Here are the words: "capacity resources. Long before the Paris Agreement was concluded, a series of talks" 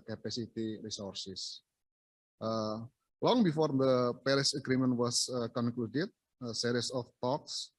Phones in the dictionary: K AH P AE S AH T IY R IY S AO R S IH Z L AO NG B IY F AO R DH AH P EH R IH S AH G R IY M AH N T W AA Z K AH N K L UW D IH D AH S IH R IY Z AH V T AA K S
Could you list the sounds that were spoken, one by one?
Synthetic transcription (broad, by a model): K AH P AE S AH T IY R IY S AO R S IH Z L AO NG B IY F AO R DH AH P EH R IH S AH G R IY M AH N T W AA S K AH N K L UW D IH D AH S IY R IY S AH F T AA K S